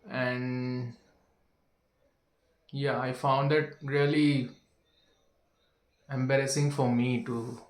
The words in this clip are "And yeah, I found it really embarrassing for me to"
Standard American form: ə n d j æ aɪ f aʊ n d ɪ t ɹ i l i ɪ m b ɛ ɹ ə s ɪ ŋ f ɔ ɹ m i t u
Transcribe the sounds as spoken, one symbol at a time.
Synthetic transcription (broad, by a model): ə n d j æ aɪ f aʊ n d ɪ t ɹ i l i ɪ m b ɛ ɹ ə s ɪ ŋ f ɔ ɹ m i t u